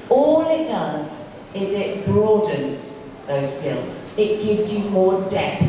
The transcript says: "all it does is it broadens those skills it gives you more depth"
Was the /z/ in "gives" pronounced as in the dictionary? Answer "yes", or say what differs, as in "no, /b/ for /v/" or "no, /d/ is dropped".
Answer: yes